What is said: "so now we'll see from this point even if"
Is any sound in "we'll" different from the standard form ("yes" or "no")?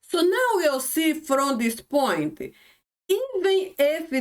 yes